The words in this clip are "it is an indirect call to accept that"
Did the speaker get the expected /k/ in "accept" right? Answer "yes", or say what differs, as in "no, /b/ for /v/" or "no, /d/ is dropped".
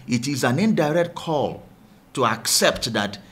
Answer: yes